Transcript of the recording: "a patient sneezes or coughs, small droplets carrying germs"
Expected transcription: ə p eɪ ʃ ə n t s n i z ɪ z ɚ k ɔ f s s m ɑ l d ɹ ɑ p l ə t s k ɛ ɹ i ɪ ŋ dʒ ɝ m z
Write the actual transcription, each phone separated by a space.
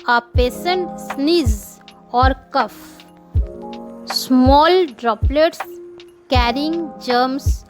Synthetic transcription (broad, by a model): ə p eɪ s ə n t s n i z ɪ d k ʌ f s s m ɑ l d ɹ ɑ p l ə t s k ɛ ɹ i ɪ ŋ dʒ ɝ m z